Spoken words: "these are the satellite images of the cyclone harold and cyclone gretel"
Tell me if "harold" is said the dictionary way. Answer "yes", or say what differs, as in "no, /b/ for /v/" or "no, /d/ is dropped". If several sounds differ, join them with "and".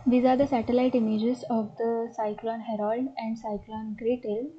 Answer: yes